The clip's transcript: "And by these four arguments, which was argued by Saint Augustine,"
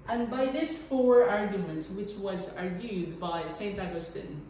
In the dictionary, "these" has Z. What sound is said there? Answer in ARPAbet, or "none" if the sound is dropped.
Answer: S